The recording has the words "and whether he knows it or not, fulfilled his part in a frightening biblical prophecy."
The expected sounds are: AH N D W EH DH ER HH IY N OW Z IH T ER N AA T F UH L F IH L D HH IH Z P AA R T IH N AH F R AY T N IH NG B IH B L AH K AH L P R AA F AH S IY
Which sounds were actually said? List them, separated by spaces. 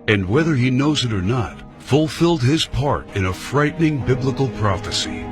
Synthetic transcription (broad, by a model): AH N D W EH DH ER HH IY N OW Z IH T ER N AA T F UH L F IH L D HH IH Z P AA R T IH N AH F R AY T N IH NG B IH B L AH K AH L P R AA F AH S IY